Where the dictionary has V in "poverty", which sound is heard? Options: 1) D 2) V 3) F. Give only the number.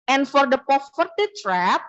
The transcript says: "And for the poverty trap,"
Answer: 3